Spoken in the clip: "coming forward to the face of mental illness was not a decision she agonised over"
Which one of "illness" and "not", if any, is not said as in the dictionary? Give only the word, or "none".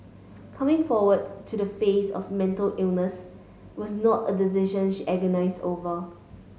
none